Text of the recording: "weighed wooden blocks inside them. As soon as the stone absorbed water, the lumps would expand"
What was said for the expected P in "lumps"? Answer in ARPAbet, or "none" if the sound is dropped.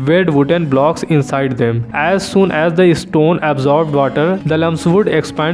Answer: none